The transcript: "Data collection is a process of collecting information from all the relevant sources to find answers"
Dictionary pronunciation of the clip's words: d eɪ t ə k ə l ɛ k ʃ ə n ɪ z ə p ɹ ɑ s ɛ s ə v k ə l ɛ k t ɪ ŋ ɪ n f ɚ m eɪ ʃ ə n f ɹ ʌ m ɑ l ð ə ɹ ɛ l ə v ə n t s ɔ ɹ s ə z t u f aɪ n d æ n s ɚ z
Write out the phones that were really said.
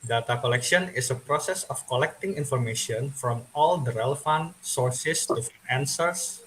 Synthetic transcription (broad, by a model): d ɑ t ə k ə l ɛ k ʃ ə n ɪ s ə p ɹ ɑ s ɛ s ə f k ə l ɛ k t ɪ ŋ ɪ n f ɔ m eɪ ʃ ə n f ɹ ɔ m ɑ l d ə ɹ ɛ l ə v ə n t s ɔ ɹ s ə s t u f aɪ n æ n s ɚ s